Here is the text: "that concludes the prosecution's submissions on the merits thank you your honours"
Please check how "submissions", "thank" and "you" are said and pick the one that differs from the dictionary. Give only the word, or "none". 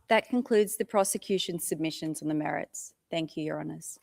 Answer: none